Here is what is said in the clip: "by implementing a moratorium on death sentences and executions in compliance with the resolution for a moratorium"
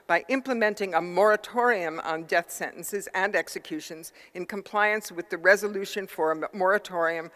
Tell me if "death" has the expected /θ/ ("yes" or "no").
yes